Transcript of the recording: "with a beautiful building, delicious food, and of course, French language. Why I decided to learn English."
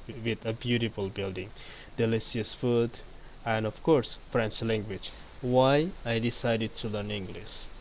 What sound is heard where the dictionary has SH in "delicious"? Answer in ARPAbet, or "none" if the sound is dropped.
S